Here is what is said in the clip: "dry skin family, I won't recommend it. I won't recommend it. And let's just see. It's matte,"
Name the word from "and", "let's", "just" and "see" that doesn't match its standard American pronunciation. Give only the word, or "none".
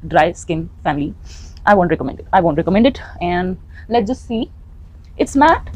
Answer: let's